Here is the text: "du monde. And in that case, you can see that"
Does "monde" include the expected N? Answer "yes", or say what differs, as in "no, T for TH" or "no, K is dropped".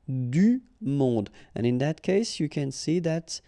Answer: no, N is dropped